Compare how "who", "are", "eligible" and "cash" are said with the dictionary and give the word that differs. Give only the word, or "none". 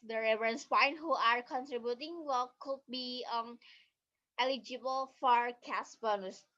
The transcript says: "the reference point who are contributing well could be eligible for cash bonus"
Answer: cash